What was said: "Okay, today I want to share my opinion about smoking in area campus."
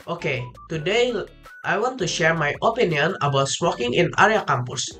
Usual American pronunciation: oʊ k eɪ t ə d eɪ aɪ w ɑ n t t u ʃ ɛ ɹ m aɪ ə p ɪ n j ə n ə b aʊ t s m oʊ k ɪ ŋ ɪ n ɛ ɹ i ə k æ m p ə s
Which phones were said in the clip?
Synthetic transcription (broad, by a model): oʊ k eɪ t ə d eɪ aɪ w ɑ n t t u ʃ ɛ ɹ m aɪ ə p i n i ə n ə b aʊ t s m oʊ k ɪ ŋ ɪ n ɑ ɹ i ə k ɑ m p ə s